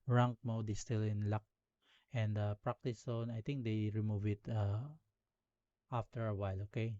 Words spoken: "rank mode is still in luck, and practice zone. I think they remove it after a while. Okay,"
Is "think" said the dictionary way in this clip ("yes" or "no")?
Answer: no